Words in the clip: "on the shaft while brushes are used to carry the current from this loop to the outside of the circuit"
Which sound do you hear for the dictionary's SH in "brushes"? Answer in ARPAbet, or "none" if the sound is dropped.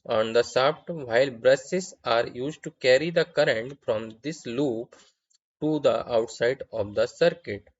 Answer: S